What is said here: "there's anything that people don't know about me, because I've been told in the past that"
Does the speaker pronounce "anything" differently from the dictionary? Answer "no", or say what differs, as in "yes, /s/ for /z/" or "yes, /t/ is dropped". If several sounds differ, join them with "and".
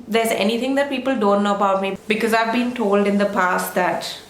yes, /t/ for /θ/